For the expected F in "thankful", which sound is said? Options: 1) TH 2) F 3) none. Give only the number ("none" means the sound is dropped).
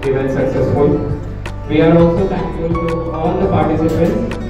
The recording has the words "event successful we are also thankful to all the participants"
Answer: 3